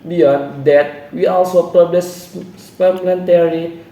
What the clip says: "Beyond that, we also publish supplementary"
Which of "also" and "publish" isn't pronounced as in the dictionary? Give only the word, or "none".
publish